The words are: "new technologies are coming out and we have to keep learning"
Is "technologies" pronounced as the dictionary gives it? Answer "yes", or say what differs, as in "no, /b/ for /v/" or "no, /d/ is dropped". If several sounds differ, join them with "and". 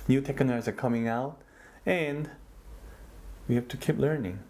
no, /n/ is dropped and /n/ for /l/